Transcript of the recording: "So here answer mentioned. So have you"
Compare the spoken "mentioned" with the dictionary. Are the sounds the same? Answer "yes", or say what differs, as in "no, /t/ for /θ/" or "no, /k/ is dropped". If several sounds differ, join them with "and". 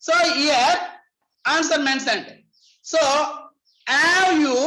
no, /s/ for /ʃ/